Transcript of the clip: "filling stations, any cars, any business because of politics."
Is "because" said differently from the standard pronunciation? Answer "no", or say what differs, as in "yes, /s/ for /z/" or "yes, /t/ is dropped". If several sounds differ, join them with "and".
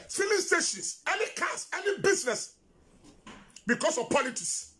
yes, /s/ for /z/